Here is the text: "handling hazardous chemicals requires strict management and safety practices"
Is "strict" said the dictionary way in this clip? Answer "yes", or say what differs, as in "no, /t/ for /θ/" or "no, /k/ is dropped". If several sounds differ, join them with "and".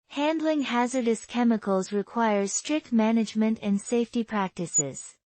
yes